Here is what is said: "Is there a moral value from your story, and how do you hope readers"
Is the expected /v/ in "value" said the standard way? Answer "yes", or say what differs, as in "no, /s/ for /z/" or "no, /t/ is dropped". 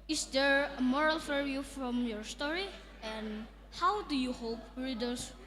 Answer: no, /f/ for /v/